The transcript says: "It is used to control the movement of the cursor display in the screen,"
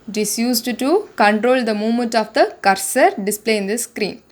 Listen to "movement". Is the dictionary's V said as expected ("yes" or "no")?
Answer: no